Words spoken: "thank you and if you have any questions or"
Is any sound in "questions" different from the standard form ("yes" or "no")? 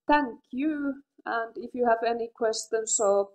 yes